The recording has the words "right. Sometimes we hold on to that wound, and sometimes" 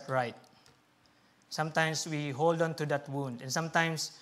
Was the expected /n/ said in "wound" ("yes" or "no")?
yes